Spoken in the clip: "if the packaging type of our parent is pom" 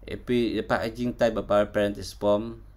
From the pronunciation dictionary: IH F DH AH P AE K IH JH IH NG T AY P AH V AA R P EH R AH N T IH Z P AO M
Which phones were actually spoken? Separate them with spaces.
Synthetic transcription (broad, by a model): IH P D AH P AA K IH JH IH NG T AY B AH P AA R P EH R AH N T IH S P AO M